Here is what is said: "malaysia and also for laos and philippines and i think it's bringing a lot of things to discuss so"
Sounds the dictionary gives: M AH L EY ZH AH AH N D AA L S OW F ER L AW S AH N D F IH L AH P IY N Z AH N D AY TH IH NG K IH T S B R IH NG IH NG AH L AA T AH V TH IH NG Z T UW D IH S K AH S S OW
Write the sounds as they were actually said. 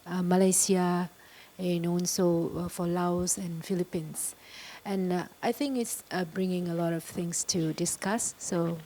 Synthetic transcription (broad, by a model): M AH L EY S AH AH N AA N S OW F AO L AW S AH N F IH L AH P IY N S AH N AY TH IH NG K IH T S B R IH NG IH NG AH L AA T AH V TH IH NG S T UW D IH S K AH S S OW